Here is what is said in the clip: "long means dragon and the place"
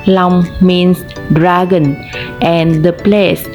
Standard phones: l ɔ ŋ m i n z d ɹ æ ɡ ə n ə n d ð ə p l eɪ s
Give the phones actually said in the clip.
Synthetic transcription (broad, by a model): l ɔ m m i n s d ɹ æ ɡ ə n ə n d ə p l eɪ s